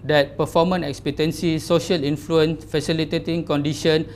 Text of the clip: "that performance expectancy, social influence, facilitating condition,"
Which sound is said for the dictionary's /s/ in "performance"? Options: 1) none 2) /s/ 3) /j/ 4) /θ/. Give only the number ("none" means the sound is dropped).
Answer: 1